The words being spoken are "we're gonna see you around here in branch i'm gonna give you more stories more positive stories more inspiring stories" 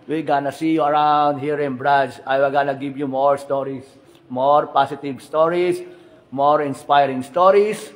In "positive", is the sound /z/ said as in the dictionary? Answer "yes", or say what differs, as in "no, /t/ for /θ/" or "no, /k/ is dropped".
no, /s/ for /z/